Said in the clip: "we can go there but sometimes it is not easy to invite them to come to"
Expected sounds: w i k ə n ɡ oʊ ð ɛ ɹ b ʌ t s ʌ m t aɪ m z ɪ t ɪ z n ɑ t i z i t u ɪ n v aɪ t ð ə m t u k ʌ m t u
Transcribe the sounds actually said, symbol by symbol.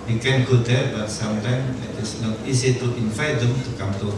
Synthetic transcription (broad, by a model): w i k ə n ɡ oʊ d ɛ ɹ b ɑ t s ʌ m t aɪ m ɪ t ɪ s n ɑ t i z i t u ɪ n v aɪ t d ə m t u k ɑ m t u